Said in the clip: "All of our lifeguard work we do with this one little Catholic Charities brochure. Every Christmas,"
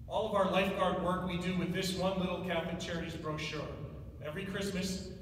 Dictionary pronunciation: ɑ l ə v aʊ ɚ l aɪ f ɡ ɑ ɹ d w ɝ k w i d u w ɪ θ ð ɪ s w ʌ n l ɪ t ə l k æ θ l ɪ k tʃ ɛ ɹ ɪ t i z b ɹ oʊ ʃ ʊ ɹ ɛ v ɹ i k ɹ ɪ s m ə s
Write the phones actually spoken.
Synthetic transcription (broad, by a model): ɑ l ə v aʊ ɚ l aɪ f ɡ ɑ ɹ d w ɝ k w i d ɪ w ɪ ð ɪ s w ʌ n l ɪ t l k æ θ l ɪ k tʃ ɛ ɹ ɪ t i z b ɹ oʊ ʃ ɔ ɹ ɛ v ɹ i k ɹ ɪ s m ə s